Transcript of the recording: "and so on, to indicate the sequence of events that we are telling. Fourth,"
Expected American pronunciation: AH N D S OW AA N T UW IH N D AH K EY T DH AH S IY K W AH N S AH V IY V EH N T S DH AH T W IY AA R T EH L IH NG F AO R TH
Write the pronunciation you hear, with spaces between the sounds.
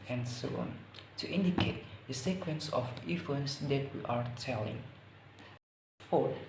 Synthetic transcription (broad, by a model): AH N S OW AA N T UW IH N D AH K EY T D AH S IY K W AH N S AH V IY F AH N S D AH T W IY AA R T EH L IH NG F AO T